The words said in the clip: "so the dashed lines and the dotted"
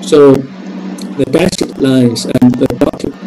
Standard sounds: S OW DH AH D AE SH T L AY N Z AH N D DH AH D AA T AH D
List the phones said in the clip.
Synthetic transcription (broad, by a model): S OW DH AH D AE S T L AY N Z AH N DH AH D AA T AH